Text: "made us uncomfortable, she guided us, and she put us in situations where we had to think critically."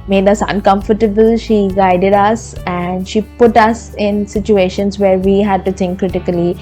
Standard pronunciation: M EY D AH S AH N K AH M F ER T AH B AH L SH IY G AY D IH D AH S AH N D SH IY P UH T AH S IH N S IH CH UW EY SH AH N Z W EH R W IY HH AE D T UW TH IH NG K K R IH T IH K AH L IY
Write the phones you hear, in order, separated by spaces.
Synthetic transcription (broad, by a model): M EY D AH S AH N K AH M F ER T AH B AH L SH IY G AY D IH D AH S AH N D SH IY P UH T AH S IH N S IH CH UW EY SH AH N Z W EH R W IY HH AE D T UW T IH NG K K R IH T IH K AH L IY